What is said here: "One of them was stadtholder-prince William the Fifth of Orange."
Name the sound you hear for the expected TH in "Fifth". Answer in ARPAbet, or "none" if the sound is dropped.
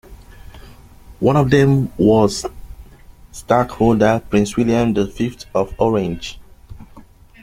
T